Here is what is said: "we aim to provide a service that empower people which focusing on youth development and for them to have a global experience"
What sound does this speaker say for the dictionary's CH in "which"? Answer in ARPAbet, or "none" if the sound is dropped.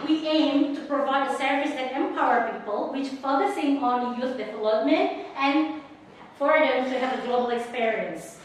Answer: CH